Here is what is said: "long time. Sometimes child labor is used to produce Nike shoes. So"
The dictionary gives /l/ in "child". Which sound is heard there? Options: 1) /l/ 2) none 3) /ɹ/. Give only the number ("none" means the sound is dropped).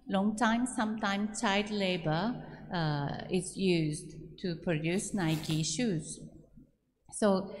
2